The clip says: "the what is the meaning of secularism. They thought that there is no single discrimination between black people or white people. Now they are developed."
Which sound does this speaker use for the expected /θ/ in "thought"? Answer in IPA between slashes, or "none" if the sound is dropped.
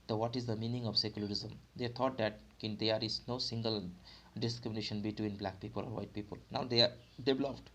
/t/